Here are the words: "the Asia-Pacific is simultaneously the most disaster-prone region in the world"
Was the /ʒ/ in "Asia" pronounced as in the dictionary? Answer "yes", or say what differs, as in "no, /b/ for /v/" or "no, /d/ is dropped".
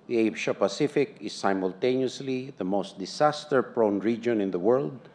no, /ʃ/ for /ʒ/